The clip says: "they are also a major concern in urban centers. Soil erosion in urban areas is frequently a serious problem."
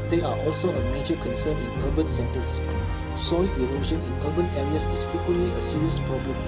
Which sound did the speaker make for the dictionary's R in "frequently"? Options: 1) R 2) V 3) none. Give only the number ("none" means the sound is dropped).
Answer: 3